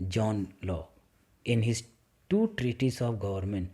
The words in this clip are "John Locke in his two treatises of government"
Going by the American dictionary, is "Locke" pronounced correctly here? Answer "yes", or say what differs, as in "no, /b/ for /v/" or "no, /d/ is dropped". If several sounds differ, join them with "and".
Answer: no, /k/ is dropped